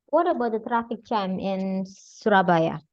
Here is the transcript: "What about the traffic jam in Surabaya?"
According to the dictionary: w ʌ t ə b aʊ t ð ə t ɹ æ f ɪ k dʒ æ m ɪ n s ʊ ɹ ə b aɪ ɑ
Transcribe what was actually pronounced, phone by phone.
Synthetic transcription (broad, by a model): w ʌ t ə b aʊ t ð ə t ɹ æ f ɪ k tʃ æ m ɪ n s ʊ ɹ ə b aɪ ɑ